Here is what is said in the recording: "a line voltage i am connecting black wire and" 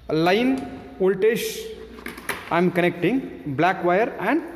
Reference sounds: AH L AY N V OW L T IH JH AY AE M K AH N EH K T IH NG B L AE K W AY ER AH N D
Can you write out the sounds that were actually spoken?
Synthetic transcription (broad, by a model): L AY N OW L T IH SH AY M K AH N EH K T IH NG B L AE K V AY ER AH N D